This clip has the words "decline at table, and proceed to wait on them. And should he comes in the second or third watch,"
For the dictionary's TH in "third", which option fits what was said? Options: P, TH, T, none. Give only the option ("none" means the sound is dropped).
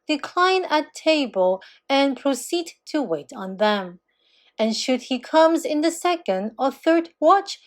TH